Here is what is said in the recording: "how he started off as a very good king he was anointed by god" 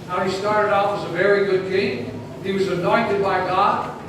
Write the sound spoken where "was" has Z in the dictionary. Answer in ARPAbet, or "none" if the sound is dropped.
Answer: Z